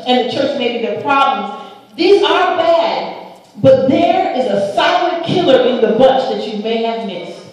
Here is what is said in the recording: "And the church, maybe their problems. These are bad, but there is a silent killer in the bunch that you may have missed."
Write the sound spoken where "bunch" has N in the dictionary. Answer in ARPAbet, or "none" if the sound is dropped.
none